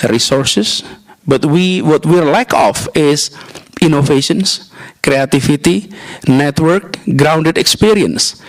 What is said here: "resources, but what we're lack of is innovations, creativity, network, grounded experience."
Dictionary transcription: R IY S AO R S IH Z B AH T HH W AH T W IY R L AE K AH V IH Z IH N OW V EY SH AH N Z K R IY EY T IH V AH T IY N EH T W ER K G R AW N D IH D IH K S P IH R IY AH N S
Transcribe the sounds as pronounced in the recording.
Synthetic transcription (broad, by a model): R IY S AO R S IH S B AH T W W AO T W IY R L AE K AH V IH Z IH N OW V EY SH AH N S K R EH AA T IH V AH T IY N EH T W ER K G R AW N D IH D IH K S P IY R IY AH N S